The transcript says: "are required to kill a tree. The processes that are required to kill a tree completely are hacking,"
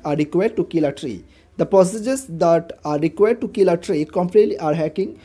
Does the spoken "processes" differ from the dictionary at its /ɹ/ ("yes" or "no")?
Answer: yes